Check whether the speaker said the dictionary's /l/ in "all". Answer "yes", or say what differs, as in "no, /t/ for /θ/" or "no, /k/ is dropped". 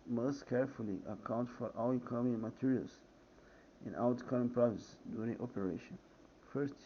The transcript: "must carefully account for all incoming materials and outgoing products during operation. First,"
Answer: no, /w/ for /l/